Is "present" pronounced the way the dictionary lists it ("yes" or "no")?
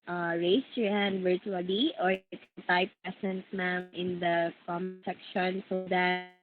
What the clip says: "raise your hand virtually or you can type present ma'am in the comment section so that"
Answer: no